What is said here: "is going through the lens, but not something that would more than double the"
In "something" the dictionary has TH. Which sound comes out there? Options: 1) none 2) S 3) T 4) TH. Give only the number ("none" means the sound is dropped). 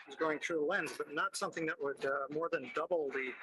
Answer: 4